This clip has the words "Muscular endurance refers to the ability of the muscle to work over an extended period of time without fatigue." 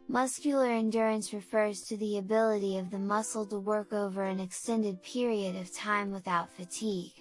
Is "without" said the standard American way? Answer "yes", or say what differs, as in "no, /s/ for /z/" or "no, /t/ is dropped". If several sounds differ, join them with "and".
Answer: yes